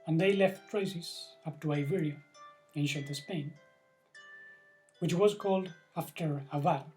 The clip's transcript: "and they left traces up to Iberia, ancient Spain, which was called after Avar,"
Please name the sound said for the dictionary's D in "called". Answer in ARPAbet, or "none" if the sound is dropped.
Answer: D